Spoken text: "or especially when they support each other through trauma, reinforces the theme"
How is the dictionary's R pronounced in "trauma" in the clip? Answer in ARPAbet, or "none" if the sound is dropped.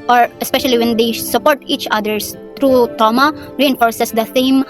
none